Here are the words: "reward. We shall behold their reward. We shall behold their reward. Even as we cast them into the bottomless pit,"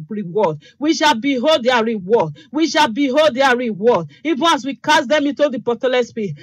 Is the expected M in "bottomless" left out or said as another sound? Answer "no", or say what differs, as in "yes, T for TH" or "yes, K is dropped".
yes, M is dropped